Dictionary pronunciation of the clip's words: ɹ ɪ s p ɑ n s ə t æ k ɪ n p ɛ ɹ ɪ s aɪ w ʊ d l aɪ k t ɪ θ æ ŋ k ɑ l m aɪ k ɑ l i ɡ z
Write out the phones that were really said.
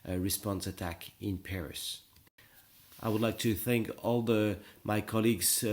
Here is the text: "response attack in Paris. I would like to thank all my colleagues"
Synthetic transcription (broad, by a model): ɹ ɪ s p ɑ n s ə t æ k ɪ n p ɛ ɹ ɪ s aɪ w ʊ d l aɪ k t ɪ θ æ ŋ k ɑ l m aɪ k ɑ l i ɡ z